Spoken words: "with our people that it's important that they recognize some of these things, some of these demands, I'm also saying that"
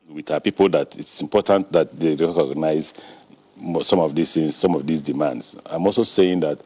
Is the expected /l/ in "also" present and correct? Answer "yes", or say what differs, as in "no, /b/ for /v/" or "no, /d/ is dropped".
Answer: yes